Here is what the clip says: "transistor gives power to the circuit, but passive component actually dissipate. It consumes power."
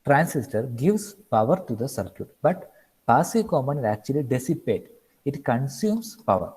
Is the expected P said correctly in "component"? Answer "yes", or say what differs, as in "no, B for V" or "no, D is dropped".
no, P is dropped